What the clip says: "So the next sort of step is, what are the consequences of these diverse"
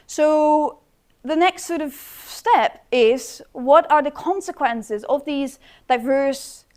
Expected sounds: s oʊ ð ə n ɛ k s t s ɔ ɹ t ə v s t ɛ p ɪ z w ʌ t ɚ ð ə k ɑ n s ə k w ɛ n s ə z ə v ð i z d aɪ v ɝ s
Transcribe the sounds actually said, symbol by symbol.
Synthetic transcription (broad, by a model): s oʊ ð ə n ɛ k s t s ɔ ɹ t ə v s t ɛ p ɪ z w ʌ t ɚ ð ə k ɑ n s ə k w ɛ n s ə z ə v ð i z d aɪ v ɝ s